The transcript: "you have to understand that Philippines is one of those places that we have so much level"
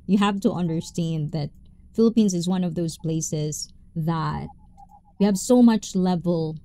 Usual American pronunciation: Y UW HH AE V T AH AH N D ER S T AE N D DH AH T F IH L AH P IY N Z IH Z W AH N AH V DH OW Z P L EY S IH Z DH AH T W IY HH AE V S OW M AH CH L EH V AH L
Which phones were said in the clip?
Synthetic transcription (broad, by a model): Y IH HH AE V T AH AH N D ER S T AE N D DH AH T F IH L AH P IY N Z IH Z W AH N AH V DH OW Z P L EY S IH Z DH AH T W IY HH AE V S OW M AH CH L EH V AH L